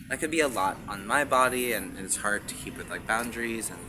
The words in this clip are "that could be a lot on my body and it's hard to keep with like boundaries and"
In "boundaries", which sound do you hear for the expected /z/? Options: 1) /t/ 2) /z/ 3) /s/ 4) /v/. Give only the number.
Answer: 2